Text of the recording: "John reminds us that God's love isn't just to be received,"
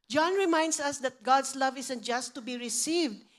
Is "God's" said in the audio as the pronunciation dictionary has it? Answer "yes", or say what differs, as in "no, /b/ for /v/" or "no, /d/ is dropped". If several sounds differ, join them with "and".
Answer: no, /s/ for /z/